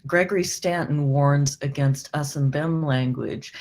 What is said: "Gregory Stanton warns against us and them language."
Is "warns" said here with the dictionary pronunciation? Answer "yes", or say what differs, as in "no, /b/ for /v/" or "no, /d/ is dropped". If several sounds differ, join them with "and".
yes